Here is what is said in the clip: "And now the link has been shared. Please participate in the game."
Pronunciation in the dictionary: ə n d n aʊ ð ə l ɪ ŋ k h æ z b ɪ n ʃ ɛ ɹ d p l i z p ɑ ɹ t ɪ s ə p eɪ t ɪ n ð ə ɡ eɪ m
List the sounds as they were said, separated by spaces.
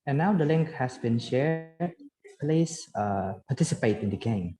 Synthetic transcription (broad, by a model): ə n n aʊ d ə l ɪ ŋ k h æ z b ɪ n ʃ ɛ ɹ d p l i s p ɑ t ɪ s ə p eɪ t ɪ n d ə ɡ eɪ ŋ